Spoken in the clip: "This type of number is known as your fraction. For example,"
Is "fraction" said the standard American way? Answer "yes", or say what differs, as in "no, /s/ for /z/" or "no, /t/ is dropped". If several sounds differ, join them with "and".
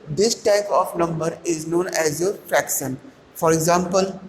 yes